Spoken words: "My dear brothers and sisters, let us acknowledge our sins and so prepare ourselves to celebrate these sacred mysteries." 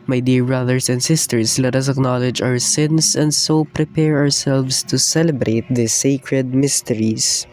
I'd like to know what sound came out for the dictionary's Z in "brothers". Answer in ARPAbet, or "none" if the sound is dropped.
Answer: S